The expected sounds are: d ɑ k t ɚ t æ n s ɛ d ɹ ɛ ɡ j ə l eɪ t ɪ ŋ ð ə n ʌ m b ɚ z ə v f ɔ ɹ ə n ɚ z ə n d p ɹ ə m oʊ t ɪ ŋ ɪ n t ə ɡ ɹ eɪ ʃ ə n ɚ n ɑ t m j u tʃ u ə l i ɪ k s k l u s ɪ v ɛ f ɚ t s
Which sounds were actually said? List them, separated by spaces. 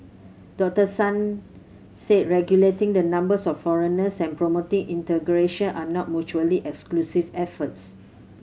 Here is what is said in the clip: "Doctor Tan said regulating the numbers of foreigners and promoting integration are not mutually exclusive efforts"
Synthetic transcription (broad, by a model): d ɑ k t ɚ s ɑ n s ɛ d ɹ ɛ ɡ j ə l eɪ t ɪ ŋ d ə n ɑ m b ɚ s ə f ɔ ɹ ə n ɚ s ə n p ɹ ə m oʊ t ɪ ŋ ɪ n t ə ɡ ɹ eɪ ʃ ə n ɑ n ɑ t m j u tʃ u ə l i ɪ k s k l u s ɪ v ɛ f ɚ t s